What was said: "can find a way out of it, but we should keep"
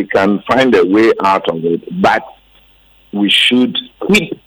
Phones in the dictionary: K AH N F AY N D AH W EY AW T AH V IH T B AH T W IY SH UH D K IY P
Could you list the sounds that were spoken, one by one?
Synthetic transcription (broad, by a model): K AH N F AY N D AH W EY AW T AH V IH T B AH T W IY SH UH D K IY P